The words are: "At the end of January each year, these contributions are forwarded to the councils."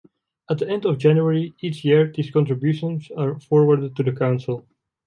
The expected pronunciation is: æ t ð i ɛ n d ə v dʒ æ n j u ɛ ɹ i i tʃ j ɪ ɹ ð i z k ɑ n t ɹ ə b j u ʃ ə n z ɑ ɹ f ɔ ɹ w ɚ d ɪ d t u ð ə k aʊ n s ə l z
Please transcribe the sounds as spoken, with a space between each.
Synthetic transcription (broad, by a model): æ t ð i ɛ n d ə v dʒ æ n j u ɛ ɹ i i tʃ j ɪ ɹ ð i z k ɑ n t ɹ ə b j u ʃ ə n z ɑ ɹ f ɔ ɹ w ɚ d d t u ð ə k aʊ n s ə l